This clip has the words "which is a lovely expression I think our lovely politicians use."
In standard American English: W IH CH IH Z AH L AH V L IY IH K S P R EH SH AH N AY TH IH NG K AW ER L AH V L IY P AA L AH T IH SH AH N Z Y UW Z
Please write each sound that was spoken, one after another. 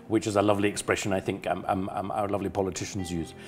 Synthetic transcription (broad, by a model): W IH CH IH Z AH L AH V L IY IH K S P R EH SH AH N AY TH IH NG K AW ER L AH V L IY P AA L AH T IH SH AH N Z Y UW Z